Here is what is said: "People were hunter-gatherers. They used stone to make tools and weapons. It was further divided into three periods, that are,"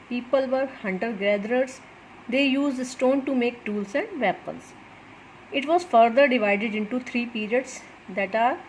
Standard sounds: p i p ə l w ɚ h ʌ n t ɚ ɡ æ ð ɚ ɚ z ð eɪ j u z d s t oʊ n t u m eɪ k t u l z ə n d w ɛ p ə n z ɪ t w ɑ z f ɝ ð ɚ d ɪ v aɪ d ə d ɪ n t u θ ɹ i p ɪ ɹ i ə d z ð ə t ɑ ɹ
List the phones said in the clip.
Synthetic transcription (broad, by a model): p i p ə l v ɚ h ʌ n t ɚ ɡ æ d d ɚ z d eɪ j u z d s t oʊ n t u m eɪ k t u l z ə n d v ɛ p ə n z ɪ t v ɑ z f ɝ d ɚ d ɪ v aɪ d ə d ɪ n t u t ɹ i p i ɹ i ə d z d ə t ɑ ɹ